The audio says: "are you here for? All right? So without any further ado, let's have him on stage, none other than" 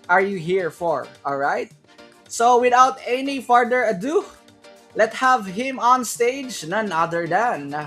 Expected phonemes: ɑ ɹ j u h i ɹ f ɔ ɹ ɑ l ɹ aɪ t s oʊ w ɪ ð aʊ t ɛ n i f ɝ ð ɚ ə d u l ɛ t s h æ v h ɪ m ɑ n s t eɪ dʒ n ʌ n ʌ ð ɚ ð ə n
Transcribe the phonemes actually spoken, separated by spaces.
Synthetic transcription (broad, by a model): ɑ ɹ j u h i ɹ f ɔ ɹ ɑ l ɹ aɪ t s oʊ w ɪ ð aʊ t ɛ n i f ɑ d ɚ ə d u l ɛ t h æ v h ɪ m ɑ n s t eɪ dʒ n ʌ n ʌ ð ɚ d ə n